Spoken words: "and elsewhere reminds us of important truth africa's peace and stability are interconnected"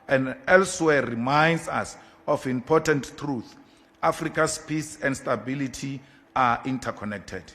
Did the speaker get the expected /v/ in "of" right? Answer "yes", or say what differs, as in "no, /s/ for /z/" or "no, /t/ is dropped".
no, /f/ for /v/